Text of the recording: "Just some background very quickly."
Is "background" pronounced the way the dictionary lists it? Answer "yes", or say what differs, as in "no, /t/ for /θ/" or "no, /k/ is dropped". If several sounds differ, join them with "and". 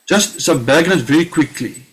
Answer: no, /k/ is dropped